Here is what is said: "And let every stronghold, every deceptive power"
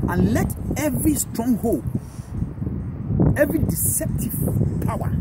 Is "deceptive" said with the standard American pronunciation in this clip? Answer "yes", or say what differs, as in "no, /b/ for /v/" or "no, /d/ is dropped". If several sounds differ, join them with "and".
yes